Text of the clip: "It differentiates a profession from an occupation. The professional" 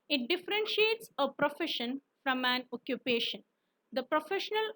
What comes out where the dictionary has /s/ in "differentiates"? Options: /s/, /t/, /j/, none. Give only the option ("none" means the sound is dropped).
/s/